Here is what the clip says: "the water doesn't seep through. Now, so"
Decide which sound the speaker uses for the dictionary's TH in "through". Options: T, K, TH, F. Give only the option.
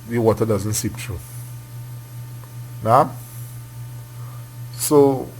T